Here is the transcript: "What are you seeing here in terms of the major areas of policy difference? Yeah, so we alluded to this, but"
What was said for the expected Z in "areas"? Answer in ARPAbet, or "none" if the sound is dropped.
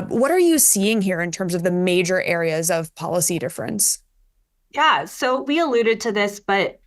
Z